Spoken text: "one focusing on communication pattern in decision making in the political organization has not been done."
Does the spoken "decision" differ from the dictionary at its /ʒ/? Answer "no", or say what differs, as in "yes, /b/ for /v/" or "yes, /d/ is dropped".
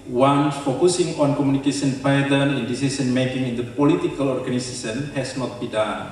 yes, /s/ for /ʒ/